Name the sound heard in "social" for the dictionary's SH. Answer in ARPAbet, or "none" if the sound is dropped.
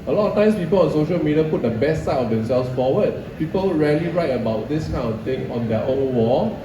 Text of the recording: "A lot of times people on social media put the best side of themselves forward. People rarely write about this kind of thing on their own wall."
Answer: SH